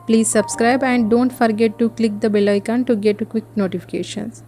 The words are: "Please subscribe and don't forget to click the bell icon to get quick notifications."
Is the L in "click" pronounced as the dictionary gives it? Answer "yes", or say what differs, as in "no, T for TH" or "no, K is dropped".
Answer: yes